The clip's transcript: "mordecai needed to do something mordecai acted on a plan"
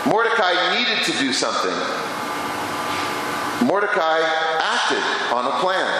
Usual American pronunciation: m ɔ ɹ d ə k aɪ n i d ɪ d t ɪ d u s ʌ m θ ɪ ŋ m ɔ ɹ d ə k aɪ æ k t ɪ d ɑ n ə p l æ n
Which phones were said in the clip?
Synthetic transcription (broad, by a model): m ɔ ɹ d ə k aɪ n i d ɪ d t ɪ d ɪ s ʌ m θ ɪ ŋ m ɔ ɹ d ə k aɪ æ k t ɪ d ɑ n ə p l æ n